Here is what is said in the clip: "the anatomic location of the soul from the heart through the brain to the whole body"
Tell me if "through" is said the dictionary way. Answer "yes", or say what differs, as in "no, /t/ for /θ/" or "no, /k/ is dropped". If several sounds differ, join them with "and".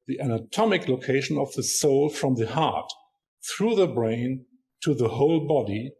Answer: yes